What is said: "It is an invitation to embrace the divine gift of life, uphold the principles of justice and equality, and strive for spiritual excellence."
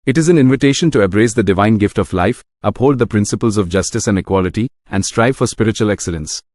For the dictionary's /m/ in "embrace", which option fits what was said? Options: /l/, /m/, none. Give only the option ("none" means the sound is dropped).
none